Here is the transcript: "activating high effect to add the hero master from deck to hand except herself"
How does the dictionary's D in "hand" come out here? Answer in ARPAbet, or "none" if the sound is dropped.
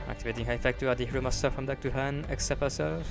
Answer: none